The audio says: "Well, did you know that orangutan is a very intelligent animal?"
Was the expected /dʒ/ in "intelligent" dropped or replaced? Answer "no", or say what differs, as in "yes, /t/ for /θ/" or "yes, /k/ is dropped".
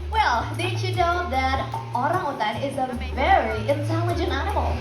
no